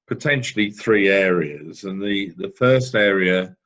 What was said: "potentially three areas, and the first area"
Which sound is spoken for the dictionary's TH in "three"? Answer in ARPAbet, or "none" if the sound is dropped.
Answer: TH